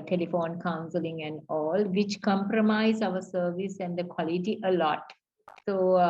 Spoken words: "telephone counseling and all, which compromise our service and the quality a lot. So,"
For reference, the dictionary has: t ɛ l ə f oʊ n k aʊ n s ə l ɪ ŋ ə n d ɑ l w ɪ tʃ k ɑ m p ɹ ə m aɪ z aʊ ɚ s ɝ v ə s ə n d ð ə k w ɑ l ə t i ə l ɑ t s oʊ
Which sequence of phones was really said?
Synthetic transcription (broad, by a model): t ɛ l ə f oʊ n k aʊ n s ə l ɪ ŋ ə n d ɑ l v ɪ tʃ k ɑ m p ɹ ə m aɪ z aʊ ɚ s ɝ v ə s ə n d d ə k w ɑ l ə t i ə l ɑ t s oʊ